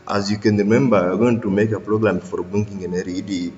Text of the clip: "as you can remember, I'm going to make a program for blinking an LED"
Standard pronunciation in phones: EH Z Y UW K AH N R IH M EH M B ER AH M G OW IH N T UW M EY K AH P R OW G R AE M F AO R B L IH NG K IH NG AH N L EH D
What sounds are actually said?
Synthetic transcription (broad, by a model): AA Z Y UW K AH N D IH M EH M B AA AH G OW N T UW M EY K AH P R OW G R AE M F AO R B IH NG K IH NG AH N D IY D